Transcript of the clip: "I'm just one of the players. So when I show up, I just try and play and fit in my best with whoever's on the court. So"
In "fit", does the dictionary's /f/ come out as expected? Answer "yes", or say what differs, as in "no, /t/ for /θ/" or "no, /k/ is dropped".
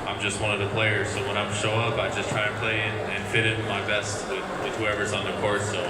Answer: yes